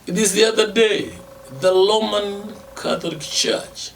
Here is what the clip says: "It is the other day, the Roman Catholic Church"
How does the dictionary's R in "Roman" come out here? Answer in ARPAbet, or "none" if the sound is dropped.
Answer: L